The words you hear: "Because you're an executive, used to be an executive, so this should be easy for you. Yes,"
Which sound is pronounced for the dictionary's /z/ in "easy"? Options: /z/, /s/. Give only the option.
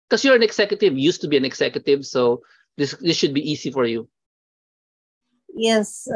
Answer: /s/